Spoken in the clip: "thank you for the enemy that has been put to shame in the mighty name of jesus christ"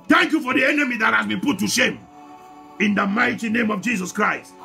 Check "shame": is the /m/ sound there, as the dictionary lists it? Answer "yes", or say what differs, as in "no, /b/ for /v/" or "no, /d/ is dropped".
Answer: yes